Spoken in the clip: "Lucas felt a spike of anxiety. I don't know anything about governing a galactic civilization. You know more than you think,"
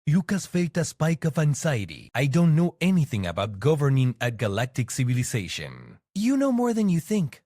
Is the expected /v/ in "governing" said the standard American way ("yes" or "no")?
yes